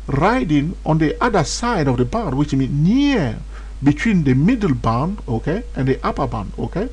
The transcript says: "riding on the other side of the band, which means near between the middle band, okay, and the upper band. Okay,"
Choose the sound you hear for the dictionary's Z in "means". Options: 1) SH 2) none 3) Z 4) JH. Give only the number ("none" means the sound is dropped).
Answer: 2